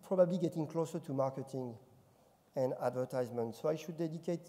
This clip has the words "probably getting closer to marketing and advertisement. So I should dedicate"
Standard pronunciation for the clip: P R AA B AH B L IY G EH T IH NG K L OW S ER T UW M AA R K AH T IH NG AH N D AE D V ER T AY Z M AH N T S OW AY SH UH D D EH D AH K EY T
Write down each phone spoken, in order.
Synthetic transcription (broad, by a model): P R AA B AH B L IY G EH T IH NG K L OW S ER T UW M AA R K AH T IH NG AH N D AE D V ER T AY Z M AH N T S OW AY SH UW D D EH D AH K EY T